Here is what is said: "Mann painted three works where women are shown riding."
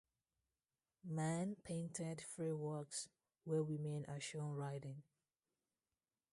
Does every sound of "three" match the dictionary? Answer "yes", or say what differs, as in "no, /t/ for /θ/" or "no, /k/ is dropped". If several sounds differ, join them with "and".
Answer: no, /f/ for /θ/